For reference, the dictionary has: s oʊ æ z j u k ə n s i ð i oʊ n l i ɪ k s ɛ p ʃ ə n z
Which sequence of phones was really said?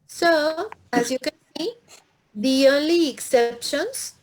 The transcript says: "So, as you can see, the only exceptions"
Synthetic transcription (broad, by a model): s oʊ æ z j u k ə n s i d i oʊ l i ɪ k s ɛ p ʃ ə n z